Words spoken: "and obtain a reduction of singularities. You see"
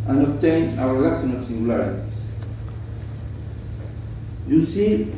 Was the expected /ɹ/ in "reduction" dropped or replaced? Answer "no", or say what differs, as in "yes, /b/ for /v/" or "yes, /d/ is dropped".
yes, /w/ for /ɹ/